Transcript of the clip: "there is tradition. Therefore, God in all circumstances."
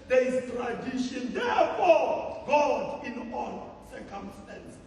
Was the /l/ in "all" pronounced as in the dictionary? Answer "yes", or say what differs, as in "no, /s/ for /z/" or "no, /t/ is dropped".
no, /n/ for /l/